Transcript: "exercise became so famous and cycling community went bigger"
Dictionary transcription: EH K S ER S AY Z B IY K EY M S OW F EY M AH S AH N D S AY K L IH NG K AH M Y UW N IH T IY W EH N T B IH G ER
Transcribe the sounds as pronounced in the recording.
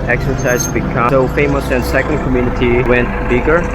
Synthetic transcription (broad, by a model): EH K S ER S AY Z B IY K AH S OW F EY M AH S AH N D S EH K IH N K AH M Y UW N IH T IY W EH N T B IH G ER